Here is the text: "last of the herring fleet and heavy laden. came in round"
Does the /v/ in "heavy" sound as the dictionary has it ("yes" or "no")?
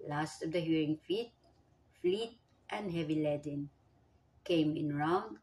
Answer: yes